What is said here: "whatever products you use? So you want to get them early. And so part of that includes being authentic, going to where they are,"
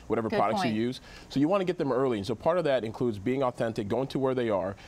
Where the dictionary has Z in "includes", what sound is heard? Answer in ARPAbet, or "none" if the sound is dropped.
Z